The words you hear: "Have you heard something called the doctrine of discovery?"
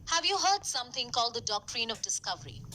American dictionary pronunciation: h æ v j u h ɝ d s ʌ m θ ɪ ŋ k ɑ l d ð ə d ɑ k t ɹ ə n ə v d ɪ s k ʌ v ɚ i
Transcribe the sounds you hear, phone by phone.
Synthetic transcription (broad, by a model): h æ v j u h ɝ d s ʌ m t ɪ ŋ k ɑ l d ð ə d ɑ k t ɹ ə n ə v d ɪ s k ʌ v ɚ i